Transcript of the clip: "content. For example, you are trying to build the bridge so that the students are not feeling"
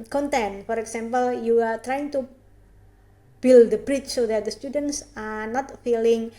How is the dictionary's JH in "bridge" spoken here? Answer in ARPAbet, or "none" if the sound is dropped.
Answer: CH